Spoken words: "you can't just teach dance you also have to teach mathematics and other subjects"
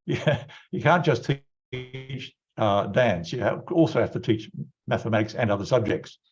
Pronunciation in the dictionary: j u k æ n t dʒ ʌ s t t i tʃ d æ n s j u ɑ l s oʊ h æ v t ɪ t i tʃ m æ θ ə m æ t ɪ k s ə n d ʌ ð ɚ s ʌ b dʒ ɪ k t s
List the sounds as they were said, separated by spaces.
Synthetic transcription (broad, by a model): j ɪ k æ n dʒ ʌ s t t i tʃ d æ n s j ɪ ɑ l s oʊ h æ f t ɪ t i tʃ m æ θ ə m æ t ɪ k s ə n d ʌ ð ɚ s ʌ b dʒ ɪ k t s